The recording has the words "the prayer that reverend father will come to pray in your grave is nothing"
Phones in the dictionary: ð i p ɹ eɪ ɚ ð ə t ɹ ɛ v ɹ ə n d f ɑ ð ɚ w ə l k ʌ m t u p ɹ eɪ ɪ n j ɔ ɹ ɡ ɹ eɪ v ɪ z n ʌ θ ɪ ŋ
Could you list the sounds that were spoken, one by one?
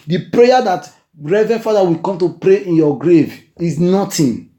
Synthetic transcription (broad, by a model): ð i p ɹ eɪ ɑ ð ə t ɹ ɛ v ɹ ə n f ɑ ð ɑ w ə k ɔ m t u p ɹ eɪ ɪ n j ɔ ɡ ɹ eɪ v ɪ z n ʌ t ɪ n